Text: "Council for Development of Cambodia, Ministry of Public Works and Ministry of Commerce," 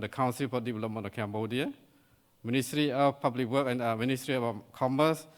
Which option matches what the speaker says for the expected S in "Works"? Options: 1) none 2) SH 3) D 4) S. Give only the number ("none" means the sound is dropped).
1